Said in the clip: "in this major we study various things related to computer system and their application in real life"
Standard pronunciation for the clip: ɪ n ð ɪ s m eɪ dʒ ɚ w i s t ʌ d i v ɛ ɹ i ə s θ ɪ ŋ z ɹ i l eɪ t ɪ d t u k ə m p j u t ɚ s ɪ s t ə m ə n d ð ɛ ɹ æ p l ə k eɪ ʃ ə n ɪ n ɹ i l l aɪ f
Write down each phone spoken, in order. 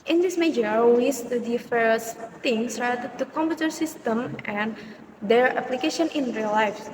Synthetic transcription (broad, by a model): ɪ n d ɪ s m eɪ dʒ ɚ w i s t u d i f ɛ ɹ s t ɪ ŋ s ɹ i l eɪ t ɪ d t u k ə m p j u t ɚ s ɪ s t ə m ə n d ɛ ɹ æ p l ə k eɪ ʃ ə n ɪ n ɹ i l l aɪ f